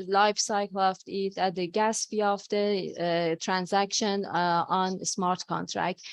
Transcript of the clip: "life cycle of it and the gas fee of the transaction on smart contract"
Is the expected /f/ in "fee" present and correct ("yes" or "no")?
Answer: no